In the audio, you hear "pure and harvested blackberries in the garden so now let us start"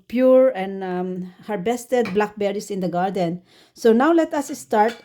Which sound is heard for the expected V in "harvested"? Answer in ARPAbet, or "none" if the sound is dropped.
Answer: B